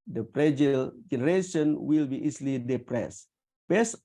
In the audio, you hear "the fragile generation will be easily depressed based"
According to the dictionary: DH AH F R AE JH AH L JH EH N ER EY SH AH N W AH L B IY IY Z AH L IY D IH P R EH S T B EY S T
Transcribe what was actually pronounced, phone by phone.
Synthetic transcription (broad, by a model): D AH P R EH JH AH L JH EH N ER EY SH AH N W AH L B IY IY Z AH L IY D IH P R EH S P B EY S